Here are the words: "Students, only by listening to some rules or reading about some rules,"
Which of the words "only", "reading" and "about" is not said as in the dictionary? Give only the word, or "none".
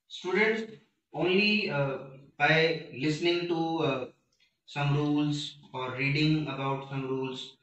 none